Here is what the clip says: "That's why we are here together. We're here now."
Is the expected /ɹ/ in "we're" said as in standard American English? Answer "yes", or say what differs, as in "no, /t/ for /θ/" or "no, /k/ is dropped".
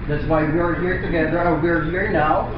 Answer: yes